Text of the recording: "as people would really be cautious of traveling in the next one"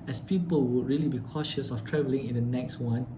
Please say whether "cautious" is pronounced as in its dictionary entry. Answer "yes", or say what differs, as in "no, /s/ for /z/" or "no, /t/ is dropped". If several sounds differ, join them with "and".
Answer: yes